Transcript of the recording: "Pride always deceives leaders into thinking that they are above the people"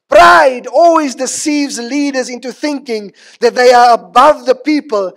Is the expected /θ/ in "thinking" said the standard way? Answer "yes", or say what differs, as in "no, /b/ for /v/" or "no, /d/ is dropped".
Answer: yes